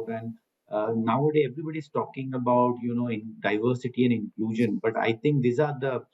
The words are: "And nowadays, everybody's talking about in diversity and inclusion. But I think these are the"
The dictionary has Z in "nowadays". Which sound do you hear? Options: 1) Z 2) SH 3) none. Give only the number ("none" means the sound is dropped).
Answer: 3